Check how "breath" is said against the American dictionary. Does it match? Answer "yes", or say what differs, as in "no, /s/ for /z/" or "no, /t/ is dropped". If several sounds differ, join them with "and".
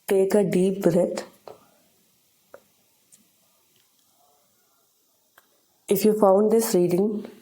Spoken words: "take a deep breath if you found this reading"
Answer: no, /t/ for /θ/